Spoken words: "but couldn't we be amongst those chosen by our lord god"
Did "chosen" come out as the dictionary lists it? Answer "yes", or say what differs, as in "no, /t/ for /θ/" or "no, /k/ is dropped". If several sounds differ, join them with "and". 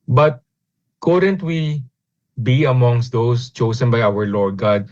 no, /s/ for /z/